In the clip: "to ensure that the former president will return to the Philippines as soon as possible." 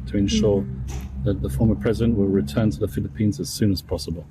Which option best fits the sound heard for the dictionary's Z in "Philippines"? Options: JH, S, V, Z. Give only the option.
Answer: Z